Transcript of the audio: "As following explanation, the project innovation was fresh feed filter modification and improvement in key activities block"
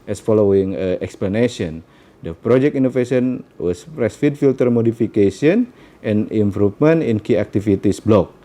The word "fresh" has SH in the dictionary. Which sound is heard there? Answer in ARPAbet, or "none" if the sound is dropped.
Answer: S